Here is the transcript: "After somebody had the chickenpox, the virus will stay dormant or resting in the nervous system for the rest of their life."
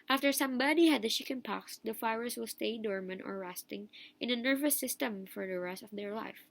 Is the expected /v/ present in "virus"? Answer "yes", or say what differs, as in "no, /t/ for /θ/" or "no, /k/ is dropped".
no, /f/ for /v/